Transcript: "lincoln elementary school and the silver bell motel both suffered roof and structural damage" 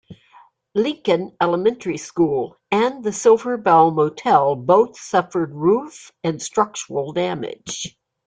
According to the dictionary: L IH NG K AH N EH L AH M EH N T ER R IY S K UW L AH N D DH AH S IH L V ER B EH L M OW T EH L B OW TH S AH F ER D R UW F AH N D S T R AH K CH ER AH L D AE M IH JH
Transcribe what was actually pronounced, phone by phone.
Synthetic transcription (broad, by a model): L IH NG K AH N EH L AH M EH N T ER R IY S K UW L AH N DH AH S IH L V ER B EH L M OW T EH L B OW TH S AH F ER D R UW F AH N S T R AH K CH ER L D AE M IH JH